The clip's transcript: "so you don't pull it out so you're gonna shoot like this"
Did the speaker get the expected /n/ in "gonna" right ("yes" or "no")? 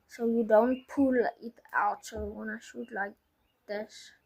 no